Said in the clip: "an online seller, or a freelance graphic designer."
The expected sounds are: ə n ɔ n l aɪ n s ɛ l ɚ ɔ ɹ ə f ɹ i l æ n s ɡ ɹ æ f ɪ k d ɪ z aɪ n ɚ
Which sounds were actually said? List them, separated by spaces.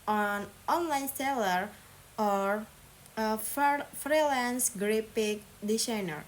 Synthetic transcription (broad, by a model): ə n ɔ n l aɪ n s ɛ l ɚ ɔ ɹ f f ɹ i l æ n s ɡ ɹ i p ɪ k d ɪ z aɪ n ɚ